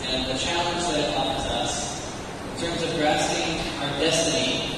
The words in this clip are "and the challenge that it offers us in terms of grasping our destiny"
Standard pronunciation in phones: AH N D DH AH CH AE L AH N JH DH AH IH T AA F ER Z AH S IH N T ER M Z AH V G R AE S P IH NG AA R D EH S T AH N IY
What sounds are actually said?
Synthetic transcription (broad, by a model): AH N DH AH CH AE L AH N JH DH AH IH T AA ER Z AH S IH N T ER M Z AH V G R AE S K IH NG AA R D EH S T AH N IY